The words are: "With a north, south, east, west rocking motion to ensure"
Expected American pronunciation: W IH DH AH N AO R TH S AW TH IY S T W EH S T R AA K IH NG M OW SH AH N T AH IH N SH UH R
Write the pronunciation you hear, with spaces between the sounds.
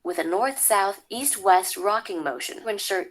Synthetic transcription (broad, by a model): W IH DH AH N AO R TH S AW TH IY S T W EH S T R AA K IH NG M OW SH AH N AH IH N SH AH R